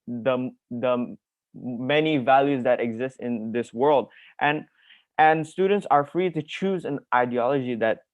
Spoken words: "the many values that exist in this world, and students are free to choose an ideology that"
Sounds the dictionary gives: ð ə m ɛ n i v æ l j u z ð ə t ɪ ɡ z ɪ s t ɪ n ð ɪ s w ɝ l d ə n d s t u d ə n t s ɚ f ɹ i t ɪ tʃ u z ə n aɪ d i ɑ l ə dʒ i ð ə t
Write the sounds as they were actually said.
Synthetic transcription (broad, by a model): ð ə m ɛ n i v æ l j u z ð ə t ɪ ɡ z ɪ s t ɪ n ð ɪ s w ɝ l d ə n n s t u d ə n t s ɚ f ɹ i t ɪ tʃ u z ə n aɪ d i ɑ l ə dʒ i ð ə t